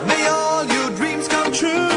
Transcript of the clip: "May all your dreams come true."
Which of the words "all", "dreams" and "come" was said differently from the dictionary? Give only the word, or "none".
none